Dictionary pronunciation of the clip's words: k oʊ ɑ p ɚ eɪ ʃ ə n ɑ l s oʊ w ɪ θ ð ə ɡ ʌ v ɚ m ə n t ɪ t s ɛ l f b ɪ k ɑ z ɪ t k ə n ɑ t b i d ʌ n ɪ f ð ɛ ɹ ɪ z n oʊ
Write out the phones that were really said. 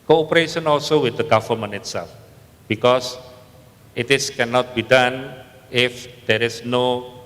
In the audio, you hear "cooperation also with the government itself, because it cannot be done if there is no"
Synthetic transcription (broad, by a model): k oʊ p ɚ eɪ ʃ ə n ɑ l s oʊ w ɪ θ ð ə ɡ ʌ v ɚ m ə n ɪ t s ɛ l f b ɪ k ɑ s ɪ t k ə n ɑ t b i d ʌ n ɪ f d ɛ ɹ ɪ s n oʊ